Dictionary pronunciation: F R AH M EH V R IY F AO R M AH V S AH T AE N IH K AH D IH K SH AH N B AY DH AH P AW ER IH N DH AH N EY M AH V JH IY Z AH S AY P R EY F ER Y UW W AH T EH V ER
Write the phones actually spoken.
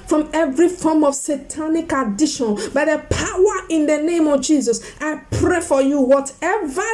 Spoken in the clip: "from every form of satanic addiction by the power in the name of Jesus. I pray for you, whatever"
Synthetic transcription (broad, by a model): F R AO M EH V R IY F AO M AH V S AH T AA N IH K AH D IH SH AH N B AY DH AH P AW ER IH N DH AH N EY M AH V JH IY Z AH S AY P R EY F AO Y UW W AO T EH V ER